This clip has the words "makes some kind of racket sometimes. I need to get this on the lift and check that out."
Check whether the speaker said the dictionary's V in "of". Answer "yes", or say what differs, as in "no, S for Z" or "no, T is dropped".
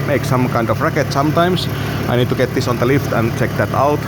no, F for V